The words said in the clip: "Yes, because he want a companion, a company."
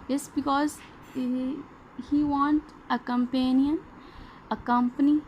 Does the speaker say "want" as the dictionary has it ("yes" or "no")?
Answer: yes